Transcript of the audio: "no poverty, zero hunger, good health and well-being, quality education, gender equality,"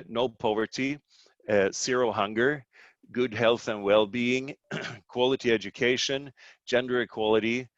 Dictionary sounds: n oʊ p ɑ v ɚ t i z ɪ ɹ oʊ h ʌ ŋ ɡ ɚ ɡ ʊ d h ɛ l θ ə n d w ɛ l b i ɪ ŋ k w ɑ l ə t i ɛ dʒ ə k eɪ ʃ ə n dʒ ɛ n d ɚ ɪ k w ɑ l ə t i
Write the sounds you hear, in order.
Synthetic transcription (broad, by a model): n oʊ p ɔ v ɚ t i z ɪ ɹ oʊ h ʌ ŋ ɡ ɚ ɡ ʊ d h ɛ l θ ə n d w ɛ l b i ɪ ŋ k w ɑ l ə t i ɛ dʒ ə k eɪ ʃ ə n dʒ ɛ n d ɚ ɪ k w ɑ l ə t i